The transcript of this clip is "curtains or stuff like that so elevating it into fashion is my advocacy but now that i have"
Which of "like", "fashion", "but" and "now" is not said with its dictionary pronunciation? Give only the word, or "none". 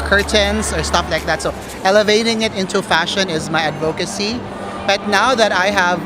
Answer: none